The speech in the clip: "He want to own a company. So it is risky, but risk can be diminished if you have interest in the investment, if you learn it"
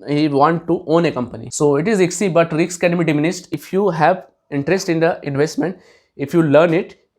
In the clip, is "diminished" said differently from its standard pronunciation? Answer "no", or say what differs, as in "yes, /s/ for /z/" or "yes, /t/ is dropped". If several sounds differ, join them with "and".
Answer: yes, /s/ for /ʃ/